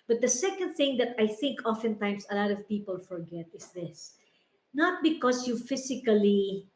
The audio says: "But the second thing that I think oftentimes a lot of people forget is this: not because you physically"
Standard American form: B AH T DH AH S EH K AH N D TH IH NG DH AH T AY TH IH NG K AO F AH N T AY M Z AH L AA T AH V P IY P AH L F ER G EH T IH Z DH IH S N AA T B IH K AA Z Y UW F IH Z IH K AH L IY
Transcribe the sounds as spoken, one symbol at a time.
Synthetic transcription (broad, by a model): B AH T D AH S EH K AH N D TH IH NG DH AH T AY TH IH NG K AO F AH N T AY M S AH L AA T AH V P IY P AH L F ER G EH T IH S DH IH S N AA T B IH K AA S Y UW F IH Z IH K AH L IY